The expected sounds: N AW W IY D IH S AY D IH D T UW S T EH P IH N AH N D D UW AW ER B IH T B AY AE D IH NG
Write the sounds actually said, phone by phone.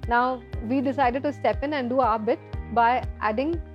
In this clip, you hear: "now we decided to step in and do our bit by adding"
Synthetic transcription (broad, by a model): N AW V IY D IH S AY D IH D T UW S T EH P IH N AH N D D UW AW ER B IH T B AY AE D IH NG